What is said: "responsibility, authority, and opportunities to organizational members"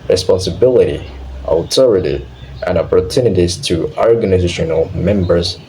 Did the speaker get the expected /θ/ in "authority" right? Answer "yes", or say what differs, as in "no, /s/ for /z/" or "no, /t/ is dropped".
no, /t/ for /θ/